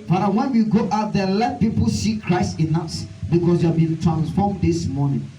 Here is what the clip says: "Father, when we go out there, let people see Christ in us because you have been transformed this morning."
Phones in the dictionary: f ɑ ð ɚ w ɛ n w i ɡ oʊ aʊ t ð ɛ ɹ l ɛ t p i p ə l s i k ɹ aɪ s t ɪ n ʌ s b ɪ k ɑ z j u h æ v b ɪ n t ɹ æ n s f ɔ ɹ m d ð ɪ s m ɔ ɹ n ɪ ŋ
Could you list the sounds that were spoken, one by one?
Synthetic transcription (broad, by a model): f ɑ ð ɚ w ɛ n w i ɡ oʊ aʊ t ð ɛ l ɛ t p i p ə l s i k ɹ aɪ s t ɪ n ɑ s b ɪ k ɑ s j u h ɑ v b ɪ n t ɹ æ n s f ɔ m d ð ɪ s m ɔ n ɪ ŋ